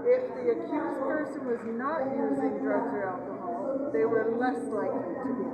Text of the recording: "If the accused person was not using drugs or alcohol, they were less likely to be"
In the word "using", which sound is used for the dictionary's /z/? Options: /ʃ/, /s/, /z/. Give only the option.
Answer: /z/